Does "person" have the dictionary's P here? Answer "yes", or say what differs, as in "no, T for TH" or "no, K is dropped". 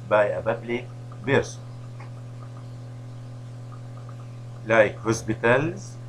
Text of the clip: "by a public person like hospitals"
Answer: no, B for P